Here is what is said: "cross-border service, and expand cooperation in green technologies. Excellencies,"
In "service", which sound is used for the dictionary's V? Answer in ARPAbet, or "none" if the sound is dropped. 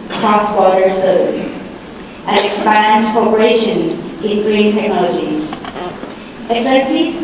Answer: none